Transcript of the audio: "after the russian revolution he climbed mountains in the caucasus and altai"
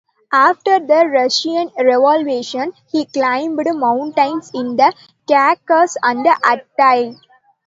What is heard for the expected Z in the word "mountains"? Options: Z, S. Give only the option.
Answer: S